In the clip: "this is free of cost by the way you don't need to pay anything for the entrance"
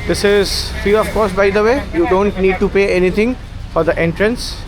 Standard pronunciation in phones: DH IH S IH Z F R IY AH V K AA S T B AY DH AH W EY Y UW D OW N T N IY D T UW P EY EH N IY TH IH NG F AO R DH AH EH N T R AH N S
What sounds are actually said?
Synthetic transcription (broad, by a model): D IH S IH Z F IY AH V K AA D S B AY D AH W EY Y UW D OW N T N IY D T UW P EY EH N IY T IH NG F AO R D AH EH N T R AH N S